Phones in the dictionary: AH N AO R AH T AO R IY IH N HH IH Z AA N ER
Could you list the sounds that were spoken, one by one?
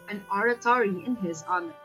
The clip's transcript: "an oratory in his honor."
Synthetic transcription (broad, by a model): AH N AO R AH T AO R IY IH N HH IH Z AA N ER